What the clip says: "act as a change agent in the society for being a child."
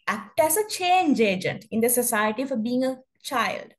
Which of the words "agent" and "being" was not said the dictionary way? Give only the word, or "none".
none